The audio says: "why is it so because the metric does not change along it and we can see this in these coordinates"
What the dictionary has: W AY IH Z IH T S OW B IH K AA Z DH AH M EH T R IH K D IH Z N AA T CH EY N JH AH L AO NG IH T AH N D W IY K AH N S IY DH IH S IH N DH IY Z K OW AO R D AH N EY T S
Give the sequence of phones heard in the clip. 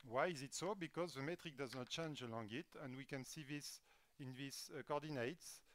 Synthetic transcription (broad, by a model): W AY IH Z IH T S OW B IH K AA Z DH AH M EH T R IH K D IH Z N AA T CH EY N JH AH L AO NG IH T AH N D W IY K AH N S IY DH IH S IH N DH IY S K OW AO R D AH N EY T S